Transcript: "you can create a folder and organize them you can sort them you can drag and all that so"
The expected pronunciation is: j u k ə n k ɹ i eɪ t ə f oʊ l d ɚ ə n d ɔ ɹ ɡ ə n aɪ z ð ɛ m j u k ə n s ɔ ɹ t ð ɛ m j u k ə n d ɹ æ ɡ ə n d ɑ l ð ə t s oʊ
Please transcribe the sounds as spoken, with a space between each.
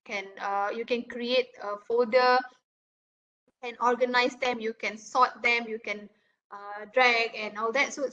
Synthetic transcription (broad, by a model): j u k ə n k ɹ i eɪ t ə f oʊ d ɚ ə n ɔ ɹ ɡ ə n aɪ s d ɛ m j u k ə n s ɔ t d ɛ m j u k ə n d ɹ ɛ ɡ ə n ɑ l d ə t s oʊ